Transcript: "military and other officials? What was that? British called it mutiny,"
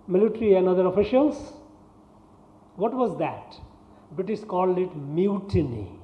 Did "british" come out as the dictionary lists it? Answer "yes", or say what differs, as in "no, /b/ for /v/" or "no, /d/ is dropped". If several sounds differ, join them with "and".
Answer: no, /ɹ/ is dropped and /s/ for /ʃ/